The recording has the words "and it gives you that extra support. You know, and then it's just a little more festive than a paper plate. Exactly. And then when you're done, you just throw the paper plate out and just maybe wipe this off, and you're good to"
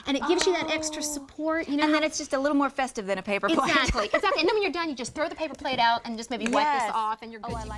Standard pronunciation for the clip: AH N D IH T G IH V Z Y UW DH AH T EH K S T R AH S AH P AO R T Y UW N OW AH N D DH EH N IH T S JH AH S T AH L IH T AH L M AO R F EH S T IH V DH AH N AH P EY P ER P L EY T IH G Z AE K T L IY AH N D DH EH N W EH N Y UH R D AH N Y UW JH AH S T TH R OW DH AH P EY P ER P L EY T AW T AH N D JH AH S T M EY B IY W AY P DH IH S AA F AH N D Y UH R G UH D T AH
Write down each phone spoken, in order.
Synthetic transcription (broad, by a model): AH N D IH T G IH V Z Y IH DH AH T EH K S T R AH S AH P AO R T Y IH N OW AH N DH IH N IH T S JH AH S T AH L IH T L M AO R F EH S T IH V DH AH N AH P EY P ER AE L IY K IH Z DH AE T N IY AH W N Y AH R D AH N Y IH JH AH S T TH R OW DH AH P EY P ER P L EY T AW T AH N JH AH S M EY B IY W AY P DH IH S AA F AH N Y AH R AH